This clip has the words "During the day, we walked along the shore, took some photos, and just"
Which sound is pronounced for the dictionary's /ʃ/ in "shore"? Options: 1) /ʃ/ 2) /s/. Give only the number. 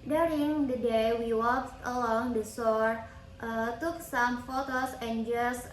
2